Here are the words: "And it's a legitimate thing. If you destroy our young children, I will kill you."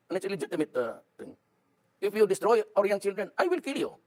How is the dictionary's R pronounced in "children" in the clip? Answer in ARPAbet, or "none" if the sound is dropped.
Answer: R